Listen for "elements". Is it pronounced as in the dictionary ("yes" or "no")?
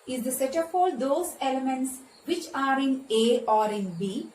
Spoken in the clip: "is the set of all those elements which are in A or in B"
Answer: yes